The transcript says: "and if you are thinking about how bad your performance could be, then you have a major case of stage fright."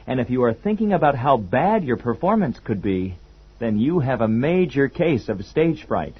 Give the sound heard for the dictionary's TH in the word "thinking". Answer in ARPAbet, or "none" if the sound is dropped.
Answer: TH